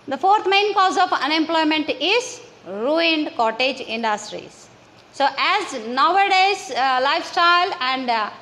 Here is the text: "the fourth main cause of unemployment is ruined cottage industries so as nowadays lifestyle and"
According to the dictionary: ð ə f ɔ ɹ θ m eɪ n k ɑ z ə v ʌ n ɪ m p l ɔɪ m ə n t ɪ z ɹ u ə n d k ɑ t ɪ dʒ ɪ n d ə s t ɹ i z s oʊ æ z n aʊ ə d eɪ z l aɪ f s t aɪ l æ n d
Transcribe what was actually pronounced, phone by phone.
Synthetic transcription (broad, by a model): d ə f ɔ ɹ t m eɪ n k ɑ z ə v ʌ n ɪ m p l ɔɪ m ə n t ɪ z ɹ u ə n d k ɑ t ɪ dʒ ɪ n d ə s t ɹ i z s oʊ æ z n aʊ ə d eɪ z l aɪ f s t aɪ l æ n d